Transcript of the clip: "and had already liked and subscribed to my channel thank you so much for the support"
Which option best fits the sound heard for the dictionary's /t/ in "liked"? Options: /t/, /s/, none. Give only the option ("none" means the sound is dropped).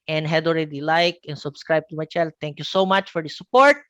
none